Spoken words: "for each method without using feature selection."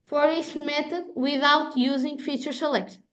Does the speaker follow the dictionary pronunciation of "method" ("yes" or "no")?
no